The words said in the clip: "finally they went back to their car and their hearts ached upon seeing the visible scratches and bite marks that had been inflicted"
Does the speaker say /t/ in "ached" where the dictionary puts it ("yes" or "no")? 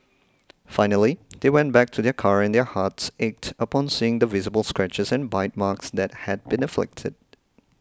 yes